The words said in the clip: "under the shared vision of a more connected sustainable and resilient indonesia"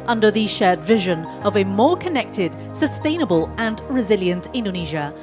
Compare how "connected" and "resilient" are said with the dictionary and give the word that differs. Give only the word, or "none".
none